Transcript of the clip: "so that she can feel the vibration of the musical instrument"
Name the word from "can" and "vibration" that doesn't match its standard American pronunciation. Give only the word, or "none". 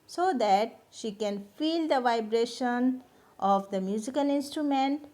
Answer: none